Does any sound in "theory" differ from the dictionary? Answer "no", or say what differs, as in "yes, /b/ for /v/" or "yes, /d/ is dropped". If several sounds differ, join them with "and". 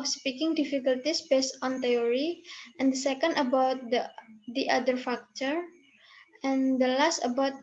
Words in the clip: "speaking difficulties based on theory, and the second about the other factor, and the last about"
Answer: yes, /t/ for /θ/